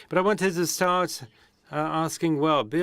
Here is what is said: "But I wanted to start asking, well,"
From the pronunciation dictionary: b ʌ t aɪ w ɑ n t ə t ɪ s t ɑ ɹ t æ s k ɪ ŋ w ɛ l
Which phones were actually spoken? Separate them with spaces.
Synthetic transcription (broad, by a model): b ʌ t aɪ w ɑ n t ə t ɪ s t ɑ ɹ t æ s k ɪ ŋ w ɛ l